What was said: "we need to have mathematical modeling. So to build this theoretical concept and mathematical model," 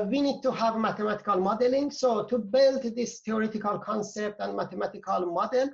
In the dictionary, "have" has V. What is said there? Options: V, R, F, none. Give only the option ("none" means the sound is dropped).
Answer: V